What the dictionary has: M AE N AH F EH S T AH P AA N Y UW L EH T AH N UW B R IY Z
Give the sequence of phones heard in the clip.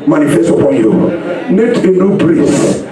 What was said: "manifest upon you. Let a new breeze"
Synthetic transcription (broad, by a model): M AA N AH F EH S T AH P AA N Y UW N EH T AH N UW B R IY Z